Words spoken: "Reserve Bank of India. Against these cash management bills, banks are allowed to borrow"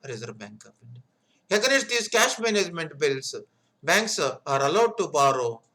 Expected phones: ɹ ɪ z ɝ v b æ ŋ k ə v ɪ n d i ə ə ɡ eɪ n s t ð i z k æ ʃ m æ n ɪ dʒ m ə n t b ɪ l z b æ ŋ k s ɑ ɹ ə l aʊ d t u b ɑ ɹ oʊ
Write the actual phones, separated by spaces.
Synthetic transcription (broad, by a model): ɹ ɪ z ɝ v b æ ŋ k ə p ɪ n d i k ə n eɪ s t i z k æ ʃ m æ n ɪ dʒ m ə n t b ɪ l s b æ ŋ k s ɑ ɹ ə l aʊ d t u b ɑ ɹ oʊ